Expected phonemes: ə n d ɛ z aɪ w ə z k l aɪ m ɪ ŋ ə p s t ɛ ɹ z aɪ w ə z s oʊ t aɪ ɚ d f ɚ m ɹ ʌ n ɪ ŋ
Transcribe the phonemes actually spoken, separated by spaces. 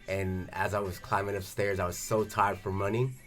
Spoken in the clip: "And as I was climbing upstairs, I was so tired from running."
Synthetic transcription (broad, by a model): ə n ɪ z aɪ w ə z k l aɪ m ɪ ŋ ə p s t ɛ ɹ z aɪ w ə z s oʊ t aɪ ɚ d f ɚ m ʌ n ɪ